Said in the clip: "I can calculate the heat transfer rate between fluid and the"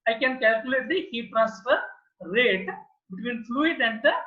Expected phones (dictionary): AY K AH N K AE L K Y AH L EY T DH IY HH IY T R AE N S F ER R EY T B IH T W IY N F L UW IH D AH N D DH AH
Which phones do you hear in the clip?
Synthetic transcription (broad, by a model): AY K AH N K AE L K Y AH L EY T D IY HH IY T R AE S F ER R EY T B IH T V IY N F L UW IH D AH N D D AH